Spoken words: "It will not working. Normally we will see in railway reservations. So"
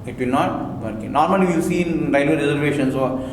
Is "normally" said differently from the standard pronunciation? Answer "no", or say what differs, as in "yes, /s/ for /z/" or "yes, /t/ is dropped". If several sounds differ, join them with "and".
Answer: yes, /l/ is dropped